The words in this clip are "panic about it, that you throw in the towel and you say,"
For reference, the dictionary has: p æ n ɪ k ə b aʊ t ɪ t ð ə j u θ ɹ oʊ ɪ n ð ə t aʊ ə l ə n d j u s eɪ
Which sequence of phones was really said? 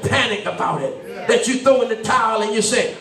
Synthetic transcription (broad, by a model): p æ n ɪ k ə b aʊ t ɪ t ð ə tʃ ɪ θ oʊ ɪ n ð ə t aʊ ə l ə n j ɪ s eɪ